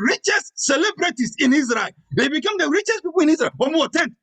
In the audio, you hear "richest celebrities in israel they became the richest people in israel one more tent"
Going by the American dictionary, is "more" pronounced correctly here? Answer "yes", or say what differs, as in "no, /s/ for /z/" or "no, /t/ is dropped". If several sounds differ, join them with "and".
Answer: no, /w/ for /ɹ/